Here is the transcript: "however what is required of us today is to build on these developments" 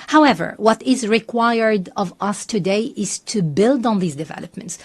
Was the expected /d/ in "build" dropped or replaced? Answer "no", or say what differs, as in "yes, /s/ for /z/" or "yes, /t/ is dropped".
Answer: no